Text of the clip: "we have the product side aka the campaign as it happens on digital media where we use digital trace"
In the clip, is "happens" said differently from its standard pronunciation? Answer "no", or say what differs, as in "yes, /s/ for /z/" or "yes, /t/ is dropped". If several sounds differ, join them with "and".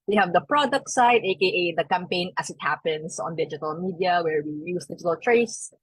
yes, /s/ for /z/